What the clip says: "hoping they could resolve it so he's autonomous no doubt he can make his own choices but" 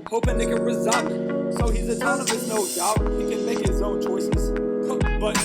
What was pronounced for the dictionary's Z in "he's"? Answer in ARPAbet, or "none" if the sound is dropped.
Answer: Z